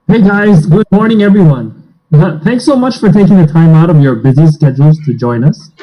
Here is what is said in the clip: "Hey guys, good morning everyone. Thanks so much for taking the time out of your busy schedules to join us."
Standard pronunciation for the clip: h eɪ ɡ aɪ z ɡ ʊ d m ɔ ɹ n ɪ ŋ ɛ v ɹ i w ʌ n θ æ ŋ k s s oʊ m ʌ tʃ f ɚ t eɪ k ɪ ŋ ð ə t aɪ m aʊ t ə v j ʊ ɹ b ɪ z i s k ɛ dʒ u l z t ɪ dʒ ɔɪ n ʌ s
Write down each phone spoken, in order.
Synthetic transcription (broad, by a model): h eɪ ɡ aɪ z ɡ ʊ d m ɔ ɹ n ɪ ŋ ɛ v ɹ i w ʌ n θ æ ŋ k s s oʊ m ʌ tʃ f ɚ t eɪ k ɪ ŋ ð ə t aɪ m aʊ t ə v j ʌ ɹ b ɪ z i s k ɛ dʒ l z t ɪ dʒ ɔɪ n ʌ s